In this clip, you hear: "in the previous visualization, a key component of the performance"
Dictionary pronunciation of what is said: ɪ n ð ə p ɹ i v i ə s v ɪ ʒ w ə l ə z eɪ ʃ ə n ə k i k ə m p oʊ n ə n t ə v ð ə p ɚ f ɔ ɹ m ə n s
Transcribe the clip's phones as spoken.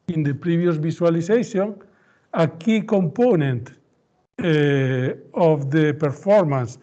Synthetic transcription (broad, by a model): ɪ n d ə p ɹ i b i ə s b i s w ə l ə s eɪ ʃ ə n ə k i k ə m p oʊ n ə n t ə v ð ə p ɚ f ɔ ɹ m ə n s